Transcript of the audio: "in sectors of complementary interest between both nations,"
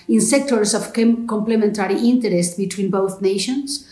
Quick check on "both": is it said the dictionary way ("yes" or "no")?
yes